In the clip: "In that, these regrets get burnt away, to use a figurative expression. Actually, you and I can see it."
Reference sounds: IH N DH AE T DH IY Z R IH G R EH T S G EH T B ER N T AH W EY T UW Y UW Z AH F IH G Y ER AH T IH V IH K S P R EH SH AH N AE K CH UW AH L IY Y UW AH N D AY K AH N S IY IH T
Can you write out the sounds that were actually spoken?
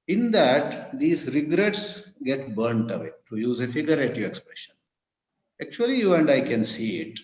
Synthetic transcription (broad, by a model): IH N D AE T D IY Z R IH G R EH T S G EH T B ER N T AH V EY T UW Y UW Z AH F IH G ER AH T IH IH K S P R EH SH AH N AE K CH UW AH L IY Y UW AH N D AY K AH N S IY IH T